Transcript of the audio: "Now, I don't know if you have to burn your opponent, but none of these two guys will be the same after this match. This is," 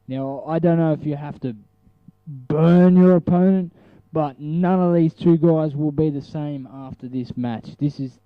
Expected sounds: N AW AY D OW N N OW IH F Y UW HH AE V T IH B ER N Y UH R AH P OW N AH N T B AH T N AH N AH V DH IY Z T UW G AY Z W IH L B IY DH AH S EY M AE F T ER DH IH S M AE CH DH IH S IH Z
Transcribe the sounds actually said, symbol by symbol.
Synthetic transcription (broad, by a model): N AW AY D OW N N OW IH F Y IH HH AE F T IH B ER N Y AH R AH P OW N AH N T B AH T N AH N AH V DH IY Z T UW G AY Z W IH L B IY DH AH S EY M AE F T ER DH IH S M AE CH DH IH S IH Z